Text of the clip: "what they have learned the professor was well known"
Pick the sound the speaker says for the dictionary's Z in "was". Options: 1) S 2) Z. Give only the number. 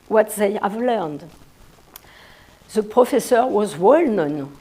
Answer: 2